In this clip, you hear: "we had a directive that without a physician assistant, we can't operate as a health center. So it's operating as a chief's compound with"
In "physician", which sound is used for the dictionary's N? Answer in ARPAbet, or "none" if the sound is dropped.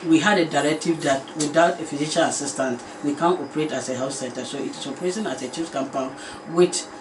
L